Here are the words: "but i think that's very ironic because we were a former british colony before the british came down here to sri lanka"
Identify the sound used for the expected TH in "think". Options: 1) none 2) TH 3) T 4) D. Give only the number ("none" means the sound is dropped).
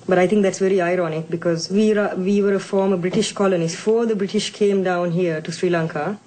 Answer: 3